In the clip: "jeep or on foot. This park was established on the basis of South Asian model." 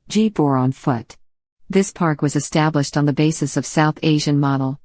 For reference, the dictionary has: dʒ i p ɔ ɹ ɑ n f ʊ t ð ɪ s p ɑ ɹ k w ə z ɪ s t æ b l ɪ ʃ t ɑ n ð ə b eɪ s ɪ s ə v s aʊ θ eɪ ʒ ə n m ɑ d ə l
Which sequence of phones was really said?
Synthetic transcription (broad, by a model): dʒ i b ɔ ɹ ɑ n f ʊ t ð ɪ s p ɑ ɹ k w ə z ɪ s t æ b l ɪ ʃ t n ð ə b eɪ s ɪ s ə v s aʊ θ eɪ ʒ ə n m ɑ d l